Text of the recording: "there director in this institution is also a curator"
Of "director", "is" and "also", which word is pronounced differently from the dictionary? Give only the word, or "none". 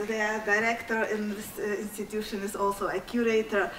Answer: is